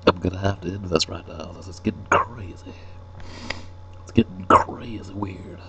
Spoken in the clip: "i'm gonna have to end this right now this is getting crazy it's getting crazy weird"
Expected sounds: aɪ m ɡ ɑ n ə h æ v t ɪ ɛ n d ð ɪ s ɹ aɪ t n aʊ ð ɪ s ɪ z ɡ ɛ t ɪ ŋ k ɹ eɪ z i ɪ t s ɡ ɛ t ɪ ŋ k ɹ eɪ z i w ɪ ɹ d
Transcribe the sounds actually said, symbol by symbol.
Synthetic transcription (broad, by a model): aɪ m ɡ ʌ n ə h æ f t ɪ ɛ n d ð ɪ s ɹ aɪ t n aʊ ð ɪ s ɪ s ɡ ɛ t ɪ ŋ k ɹ eɪ z i ɪ t s ɡ ɛ t ɪ ŋ k ɹ eɪ z i w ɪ ɹ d